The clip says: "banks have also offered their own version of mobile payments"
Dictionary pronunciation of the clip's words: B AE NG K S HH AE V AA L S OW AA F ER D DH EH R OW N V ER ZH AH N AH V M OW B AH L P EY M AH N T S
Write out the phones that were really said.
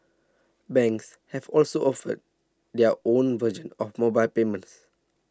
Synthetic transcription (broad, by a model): B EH NG K S HH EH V AA L S OW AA F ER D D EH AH OW N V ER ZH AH N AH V M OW B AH L P EY M AH N T S